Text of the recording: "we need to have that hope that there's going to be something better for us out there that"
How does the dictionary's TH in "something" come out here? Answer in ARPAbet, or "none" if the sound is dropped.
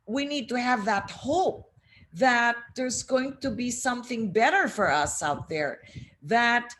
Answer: TH